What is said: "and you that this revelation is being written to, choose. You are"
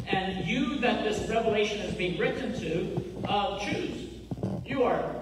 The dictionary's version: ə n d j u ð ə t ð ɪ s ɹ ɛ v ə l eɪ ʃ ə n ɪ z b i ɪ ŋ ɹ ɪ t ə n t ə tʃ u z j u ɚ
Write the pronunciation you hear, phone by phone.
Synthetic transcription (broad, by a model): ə n j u ð ə t ð ɪ s ɹ ɛ v ə l eɪ ʃ ə n ɪ z b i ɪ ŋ ɹ ɪ t n t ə tʃ u z j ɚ